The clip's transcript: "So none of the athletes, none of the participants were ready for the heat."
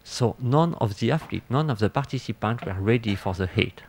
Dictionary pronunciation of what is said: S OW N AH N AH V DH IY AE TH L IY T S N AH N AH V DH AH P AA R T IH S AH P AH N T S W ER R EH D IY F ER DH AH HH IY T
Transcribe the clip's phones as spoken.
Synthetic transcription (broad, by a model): S OW N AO N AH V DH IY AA F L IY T N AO N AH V DH AH P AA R T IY S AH P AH N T W ER R EH D IY F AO DH AH HH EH T